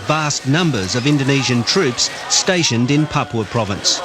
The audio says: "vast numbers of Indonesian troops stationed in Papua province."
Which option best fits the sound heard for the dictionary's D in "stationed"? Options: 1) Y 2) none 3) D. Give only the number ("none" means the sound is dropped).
3